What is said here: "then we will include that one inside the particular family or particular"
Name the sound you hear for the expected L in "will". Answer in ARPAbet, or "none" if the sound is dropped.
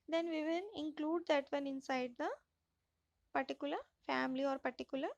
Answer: N